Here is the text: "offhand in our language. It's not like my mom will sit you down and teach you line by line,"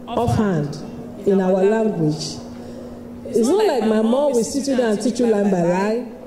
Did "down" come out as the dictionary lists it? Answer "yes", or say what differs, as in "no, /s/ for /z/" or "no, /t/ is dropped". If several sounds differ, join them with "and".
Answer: no, /n/ is dropped